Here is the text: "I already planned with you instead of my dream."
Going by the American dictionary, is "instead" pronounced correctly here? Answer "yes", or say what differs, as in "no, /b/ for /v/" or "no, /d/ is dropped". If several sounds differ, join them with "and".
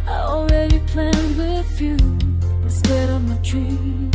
no, /n/ is dropped